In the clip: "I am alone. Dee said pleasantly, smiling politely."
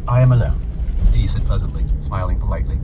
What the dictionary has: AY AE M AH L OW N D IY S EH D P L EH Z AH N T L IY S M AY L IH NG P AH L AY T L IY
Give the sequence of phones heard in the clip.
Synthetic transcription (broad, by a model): AY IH M AH L OW N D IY S EH D P L EH Z AH N T L IY S M AY L IH NG P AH L AY T L IY